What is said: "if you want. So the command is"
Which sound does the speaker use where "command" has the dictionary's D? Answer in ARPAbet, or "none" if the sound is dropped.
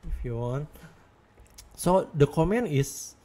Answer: none